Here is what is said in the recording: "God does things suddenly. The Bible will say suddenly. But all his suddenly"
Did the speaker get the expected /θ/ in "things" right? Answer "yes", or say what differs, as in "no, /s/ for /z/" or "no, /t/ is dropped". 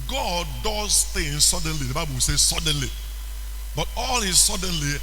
no, /t/ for /θ/